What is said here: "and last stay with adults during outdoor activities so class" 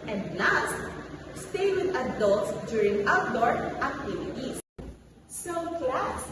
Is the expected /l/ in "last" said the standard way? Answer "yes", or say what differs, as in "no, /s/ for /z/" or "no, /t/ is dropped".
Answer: no, /n/ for /l/